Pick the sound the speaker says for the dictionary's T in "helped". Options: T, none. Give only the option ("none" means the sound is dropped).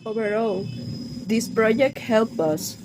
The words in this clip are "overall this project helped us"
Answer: none